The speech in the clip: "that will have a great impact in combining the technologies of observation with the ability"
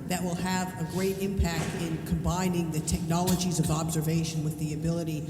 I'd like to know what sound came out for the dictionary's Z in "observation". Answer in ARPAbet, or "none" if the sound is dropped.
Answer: Z